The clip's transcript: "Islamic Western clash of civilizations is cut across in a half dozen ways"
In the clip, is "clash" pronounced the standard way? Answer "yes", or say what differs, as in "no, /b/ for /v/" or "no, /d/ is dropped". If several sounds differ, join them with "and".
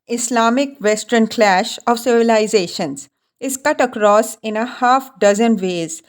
yes